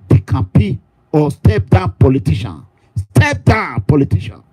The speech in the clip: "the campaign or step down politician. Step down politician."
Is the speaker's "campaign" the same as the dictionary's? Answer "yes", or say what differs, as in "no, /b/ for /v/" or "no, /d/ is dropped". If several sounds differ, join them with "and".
no, /m/ is dropped and /n/ is dropped